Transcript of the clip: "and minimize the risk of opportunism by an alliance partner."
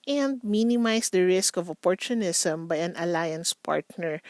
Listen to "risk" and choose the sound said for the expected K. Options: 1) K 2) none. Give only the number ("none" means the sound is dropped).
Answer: 1